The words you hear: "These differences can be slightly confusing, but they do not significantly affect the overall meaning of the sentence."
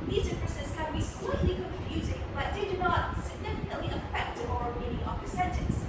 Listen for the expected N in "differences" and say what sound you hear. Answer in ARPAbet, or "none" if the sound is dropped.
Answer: none